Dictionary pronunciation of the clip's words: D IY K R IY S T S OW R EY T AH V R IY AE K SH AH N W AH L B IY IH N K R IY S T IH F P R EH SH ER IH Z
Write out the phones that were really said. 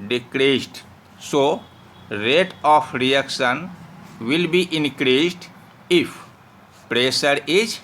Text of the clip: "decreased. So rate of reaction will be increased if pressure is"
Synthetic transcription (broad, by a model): D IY K R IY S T S OW R EY T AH P R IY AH K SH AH N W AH L B IY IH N K R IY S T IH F P R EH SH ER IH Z